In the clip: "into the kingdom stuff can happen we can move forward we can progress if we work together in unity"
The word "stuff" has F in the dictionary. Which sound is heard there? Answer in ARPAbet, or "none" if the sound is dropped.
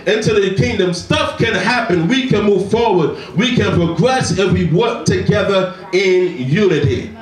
F